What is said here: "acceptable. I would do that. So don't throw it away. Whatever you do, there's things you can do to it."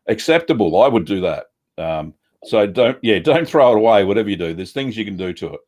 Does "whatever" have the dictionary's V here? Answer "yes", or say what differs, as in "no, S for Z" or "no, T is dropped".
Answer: yes